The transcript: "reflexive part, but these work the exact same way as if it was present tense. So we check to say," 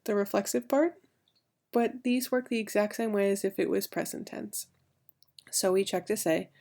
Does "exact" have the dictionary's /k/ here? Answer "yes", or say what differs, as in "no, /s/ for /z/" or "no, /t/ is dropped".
yes